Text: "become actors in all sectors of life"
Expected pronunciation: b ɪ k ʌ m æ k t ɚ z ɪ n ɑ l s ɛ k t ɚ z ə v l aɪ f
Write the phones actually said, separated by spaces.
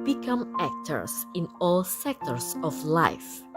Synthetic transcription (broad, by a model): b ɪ k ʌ m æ k t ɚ s ɪ n ɑ l s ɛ k t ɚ s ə f l aɪ f